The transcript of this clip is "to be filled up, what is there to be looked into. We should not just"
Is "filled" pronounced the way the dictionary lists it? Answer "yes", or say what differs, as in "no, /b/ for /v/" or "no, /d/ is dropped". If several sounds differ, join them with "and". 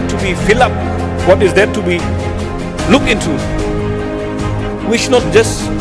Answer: no, /d/ is dropped